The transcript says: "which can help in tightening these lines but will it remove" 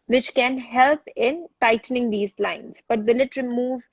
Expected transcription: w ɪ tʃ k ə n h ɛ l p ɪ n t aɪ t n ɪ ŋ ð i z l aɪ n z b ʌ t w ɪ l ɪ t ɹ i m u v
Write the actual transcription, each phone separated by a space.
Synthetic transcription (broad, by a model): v ɪ tʃ k ə n h ɛ l p ɪ n t aɪ t n ɪ ŋ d i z l aɪ n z b ʌ t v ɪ l ɪ t ɹ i m u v